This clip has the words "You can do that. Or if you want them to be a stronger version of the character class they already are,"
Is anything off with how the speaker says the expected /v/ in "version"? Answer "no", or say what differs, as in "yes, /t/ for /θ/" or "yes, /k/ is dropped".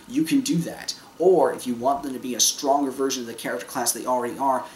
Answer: no